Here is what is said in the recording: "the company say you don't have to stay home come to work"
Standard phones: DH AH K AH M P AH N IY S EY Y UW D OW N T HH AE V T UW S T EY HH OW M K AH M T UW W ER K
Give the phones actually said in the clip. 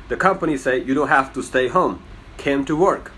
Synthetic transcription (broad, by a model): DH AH K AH M P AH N IY S EY Y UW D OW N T HH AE F T UW S T EY HH OW M K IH M T UW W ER K